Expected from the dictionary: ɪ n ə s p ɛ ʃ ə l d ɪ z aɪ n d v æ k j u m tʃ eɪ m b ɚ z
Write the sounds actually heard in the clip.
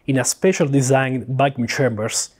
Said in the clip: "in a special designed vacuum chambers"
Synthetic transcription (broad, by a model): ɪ n ə s p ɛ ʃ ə l d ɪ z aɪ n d b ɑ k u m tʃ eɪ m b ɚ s